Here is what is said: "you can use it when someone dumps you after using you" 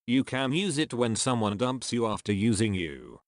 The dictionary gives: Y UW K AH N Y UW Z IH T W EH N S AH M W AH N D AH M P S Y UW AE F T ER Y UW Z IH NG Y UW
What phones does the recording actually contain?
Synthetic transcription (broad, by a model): Y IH K AH N Y UW Z IH T W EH N S AH M W AH N D AH M P S Y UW AE F T ER Y UW Z IH NG Y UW